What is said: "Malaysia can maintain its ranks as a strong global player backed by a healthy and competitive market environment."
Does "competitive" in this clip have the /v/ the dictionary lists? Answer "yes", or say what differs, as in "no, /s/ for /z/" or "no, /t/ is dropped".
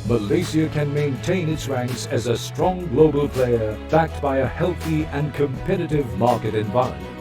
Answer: yes